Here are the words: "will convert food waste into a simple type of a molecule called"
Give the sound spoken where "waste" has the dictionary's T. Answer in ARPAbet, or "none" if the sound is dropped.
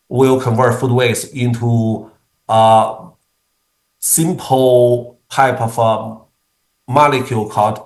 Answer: none